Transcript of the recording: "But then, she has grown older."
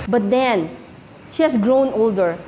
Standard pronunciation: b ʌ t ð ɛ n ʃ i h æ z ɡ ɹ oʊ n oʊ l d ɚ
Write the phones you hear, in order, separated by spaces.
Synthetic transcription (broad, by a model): b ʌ t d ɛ n ʃ i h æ s ɡ ɹ oʊ n oʊ l d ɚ